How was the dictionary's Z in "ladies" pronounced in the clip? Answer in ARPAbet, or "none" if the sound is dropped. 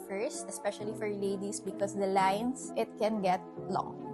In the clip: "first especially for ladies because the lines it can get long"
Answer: S